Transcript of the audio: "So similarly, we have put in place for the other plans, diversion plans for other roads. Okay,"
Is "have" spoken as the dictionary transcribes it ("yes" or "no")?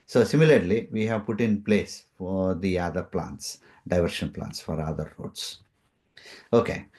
yes